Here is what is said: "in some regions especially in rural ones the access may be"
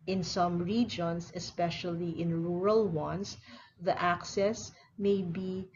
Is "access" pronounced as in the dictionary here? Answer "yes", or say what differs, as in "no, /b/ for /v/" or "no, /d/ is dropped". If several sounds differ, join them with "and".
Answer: yes